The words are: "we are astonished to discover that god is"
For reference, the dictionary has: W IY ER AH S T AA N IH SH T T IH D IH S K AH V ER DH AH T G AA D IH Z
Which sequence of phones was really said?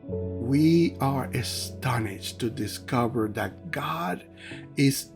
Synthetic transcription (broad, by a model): W IY ER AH S T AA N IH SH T T IH D IH S K AH V ER DH AH T G AA D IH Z